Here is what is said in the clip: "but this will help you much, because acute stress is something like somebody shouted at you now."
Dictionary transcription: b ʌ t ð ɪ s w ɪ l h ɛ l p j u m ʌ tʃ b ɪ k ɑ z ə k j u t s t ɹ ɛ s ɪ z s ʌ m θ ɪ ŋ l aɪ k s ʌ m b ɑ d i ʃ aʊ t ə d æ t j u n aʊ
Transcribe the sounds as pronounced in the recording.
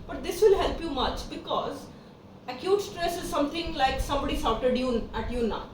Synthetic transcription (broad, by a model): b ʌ t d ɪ s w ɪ l h ɛ l p j u m ʌ tʃ b ɪ k ɑ z ə k j u t s t ɹ ɛ s ɪ z s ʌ m t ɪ ŋ l aɪ k s ʌ m b ɑ d i s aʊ t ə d æ t j u n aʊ